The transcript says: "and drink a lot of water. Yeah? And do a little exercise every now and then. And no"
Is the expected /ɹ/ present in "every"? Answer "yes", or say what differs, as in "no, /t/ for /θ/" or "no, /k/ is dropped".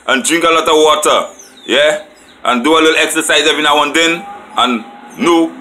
no, /ɹ/ is dropped